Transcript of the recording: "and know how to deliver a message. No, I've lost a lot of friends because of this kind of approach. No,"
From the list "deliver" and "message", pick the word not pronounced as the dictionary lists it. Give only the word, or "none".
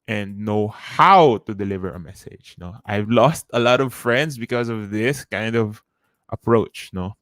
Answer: none